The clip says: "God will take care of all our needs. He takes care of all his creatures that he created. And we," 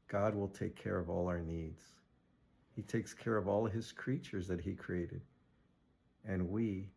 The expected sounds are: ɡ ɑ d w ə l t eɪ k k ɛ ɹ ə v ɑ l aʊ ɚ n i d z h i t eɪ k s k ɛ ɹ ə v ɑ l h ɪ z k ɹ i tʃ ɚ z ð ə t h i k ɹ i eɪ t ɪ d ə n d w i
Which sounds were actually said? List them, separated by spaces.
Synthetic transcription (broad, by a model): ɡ ɑ d w ə l t eɪ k k ɛ ɹ ə v ɑ l aʊ ɚ n i d z h i t eɪ k s k ɛ ɹ ə v ɑ l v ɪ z k ɹ i tʃ ɚ z ð ə t h i k ɹ i eɪ t ɪ d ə n w i